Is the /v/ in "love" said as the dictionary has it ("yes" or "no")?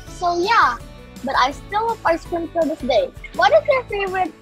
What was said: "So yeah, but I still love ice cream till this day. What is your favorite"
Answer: no